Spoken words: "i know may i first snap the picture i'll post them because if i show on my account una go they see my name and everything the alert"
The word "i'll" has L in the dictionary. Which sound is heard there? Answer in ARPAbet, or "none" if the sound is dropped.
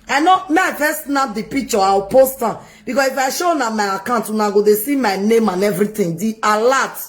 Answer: W